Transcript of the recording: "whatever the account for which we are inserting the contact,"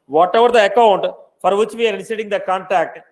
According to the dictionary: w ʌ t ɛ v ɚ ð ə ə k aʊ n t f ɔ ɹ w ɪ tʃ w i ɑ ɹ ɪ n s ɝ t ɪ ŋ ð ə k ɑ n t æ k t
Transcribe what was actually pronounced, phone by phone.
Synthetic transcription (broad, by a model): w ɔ t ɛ v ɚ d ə ə k aʊ n t f ɔ ɹ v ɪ tʃ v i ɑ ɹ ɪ s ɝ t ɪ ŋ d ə k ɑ n t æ k t